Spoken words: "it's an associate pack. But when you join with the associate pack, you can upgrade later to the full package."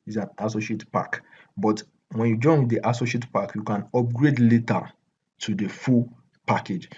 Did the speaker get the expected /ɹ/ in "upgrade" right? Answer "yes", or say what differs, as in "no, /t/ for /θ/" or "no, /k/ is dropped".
yes